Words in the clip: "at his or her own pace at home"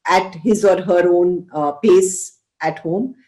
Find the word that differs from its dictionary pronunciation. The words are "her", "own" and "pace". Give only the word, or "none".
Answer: none